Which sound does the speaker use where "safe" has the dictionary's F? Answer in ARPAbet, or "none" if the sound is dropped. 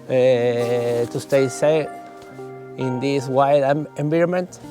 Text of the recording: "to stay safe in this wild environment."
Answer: none